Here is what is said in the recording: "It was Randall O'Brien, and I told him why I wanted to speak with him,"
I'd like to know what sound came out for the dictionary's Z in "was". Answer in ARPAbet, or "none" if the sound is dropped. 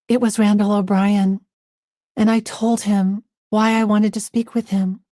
Z